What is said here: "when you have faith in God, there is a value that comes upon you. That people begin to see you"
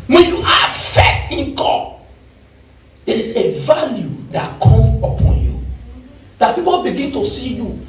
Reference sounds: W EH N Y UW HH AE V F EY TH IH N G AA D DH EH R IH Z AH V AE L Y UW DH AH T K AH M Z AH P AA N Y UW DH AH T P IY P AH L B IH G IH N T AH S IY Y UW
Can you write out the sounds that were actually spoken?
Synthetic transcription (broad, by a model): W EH N Y UW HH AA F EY T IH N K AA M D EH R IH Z AH V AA L Y UW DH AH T K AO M AH P AA N Y UW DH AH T P IY P AH L B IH G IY N T AH S IY Y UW